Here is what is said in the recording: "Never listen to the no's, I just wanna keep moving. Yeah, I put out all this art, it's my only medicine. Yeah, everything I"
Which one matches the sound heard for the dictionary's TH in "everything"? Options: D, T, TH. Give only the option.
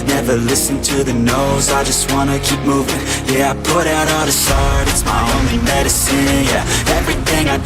TH